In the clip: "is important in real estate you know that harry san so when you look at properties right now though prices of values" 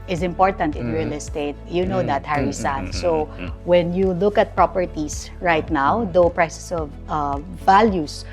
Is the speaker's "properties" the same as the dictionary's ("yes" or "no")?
no